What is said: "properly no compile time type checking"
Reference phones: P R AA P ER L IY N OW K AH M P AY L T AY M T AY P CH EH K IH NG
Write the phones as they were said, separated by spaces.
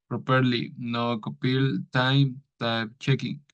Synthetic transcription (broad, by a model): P R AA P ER L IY N OW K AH P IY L T AY M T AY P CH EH K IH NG